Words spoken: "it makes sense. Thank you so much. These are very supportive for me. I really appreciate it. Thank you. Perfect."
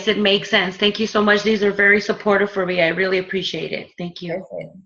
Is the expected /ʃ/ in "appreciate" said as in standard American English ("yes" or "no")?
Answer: yes